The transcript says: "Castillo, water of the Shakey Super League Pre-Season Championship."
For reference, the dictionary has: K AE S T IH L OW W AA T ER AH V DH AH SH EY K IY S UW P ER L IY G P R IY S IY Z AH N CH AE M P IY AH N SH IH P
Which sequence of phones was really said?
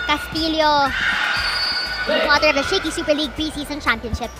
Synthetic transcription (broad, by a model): K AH S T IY L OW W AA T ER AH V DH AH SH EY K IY S UW P ER L IY G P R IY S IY S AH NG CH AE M P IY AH N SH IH P